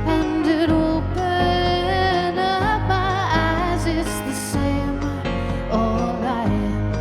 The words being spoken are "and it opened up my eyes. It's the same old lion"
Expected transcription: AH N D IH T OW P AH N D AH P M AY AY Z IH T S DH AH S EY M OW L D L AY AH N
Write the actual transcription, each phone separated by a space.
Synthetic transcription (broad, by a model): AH N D IH T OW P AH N AH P M AY AY Z IH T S DH AH S EY M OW L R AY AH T